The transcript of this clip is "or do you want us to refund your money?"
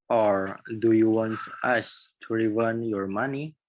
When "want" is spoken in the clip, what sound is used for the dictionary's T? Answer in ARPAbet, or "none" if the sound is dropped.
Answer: T